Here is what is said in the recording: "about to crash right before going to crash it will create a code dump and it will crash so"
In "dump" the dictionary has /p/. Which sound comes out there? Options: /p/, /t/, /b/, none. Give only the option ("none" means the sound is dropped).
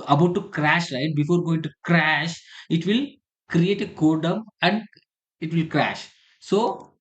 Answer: none